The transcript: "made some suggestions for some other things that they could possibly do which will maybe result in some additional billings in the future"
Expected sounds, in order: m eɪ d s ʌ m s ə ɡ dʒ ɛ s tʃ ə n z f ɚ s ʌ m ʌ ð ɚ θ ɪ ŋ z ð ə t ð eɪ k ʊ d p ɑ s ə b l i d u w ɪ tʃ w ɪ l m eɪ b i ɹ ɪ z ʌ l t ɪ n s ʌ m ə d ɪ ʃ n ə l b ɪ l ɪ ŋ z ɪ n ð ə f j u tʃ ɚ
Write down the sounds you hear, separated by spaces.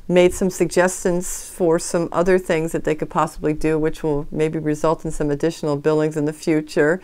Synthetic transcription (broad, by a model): m eɪ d s ʌ m s ə ɡ dʒ ɛ s tʃ ə n z f ɚ s ʌ m ʌ ð ɚ θ ɪ ŋ z ð ə t ð eɪ k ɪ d p ɑ s ə b l i d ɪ w ɪ tʃ w ɪ l m eɪ b i ɹ ɪ z ʌ l t n s ʌ m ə d ɪ ʃ n l b ɪ l ɪ ŋ z ɪ n ð ə f j u tʃ ɚ